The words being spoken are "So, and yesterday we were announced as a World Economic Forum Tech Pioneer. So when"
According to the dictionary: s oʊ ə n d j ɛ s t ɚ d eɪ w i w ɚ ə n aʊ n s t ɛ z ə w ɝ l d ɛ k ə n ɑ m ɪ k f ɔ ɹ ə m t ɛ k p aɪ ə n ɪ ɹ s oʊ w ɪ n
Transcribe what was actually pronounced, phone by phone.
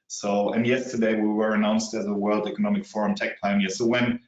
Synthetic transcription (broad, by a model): s oʊ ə n j ɛ s t ɚ d eɪ w i w ɚ ə n aʊ n s t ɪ z ə w ɝ l d ɛ k ə n ɑ m ɪ k f ɔ ɹ ə m t ɛ k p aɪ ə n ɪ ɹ s oʊ w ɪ n